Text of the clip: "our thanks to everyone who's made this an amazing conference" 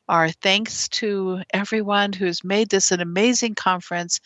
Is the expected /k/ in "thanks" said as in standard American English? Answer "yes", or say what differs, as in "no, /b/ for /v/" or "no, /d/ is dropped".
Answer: yes